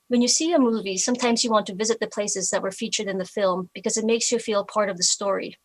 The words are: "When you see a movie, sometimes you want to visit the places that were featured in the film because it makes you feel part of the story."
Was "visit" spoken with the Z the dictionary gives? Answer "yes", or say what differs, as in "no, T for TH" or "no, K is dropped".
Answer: yes